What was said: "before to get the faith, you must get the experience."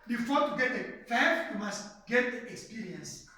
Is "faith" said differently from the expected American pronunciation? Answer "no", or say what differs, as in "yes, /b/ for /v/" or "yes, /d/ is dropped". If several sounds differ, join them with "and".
yes, /f/ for /θ/